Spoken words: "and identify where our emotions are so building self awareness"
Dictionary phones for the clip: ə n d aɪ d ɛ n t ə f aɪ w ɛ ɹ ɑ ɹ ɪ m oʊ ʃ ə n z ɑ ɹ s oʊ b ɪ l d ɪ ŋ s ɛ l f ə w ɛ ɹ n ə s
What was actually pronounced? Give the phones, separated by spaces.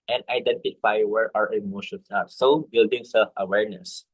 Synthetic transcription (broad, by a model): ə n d aɪ d ɛ n t ə f aɪ w ɛ ɹ ɑ ɹ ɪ m oʊ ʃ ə n s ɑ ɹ s oʊ b ɪ l d ɪ ŋ s ɛ l f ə w ɛ ɹ n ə s